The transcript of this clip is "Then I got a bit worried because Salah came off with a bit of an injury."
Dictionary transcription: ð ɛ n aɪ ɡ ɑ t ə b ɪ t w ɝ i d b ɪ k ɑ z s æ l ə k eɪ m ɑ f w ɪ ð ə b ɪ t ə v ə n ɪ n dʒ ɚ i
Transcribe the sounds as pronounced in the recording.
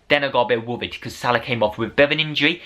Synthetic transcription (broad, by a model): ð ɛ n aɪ ɡ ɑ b ə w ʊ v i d k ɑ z s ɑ l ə k eɪ m ɑ f w ɪ ð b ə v ə n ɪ n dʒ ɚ i